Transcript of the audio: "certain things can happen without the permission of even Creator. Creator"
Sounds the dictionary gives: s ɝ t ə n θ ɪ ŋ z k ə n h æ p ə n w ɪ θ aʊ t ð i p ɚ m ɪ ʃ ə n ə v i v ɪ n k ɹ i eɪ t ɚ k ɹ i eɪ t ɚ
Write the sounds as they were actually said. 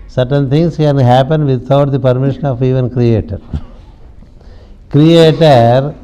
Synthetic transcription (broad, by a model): s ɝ t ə n t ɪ ŋ s k ə n h æ p ə n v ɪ t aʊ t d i p ɚ m ɪ ʃ ə n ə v i v ɪ n k ɹ i eɪ t ɚ k ɹ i eɪ t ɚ